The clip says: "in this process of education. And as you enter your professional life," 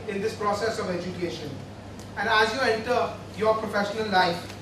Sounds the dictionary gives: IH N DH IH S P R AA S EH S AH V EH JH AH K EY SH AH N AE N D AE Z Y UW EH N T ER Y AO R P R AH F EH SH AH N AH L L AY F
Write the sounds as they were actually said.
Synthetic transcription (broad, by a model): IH N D IH S P R AA S EH S AH V EH JH AH K EY SH AH N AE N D AE Z Y UW EH N T ER Y AO R P R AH F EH SH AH N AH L L AY F